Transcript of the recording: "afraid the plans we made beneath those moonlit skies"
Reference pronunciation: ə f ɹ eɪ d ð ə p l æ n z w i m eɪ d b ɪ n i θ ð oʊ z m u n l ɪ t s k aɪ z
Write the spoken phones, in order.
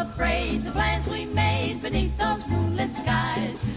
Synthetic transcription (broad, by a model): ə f ɹ eɪ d ð ə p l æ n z w i m eɪ d b ɪ n i θ ð oʊ z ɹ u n l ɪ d s k aɪ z